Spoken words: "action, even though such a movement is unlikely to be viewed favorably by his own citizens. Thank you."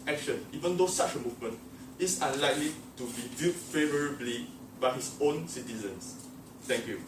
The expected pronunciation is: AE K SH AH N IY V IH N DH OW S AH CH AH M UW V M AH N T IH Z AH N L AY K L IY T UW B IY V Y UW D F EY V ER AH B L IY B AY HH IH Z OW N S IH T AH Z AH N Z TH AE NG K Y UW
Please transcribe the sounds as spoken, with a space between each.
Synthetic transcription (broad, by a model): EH K SH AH N IY V IH N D OW S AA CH AH M UW V M AH N T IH S AH N L AY K L IY T UW B IY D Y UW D F EY V ER AH B L IY B AY HH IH S OW N S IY T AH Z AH N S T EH NG K Y UW